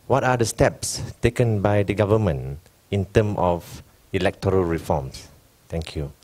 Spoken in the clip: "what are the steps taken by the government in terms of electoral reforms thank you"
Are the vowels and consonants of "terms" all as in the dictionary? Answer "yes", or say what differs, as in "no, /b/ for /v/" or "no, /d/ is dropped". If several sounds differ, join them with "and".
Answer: no, /z/ is dropped